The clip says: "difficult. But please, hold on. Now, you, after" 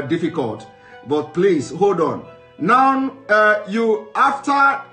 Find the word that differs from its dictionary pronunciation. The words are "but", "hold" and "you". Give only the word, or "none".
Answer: none